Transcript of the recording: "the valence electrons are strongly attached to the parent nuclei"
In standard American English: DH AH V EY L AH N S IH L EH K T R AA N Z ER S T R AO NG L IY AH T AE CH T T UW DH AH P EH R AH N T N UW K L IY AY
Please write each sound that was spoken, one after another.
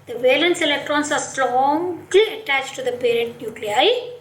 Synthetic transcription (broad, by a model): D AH V EY L AH N S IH L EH K T R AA N S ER S T R AO NG L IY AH T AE CH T T UW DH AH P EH R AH N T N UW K L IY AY